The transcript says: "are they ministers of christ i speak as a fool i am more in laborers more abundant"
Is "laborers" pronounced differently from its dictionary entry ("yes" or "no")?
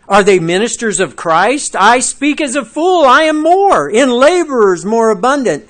no